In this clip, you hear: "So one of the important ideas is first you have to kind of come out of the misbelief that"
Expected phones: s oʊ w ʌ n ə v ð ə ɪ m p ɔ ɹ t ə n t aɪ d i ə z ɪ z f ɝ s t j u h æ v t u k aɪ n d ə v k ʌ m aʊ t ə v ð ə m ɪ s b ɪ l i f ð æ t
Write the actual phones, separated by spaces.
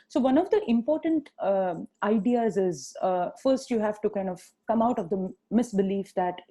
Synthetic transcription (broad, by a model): s oʊ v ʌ n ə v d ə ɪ m p ɔ ɹ t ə n t aɪ d i ə z ɪ z f ɝ s t j u h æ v t u k aɪ n d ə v k ʌ m aʊ t ə v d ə m ɪ s b ɪ l i f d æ t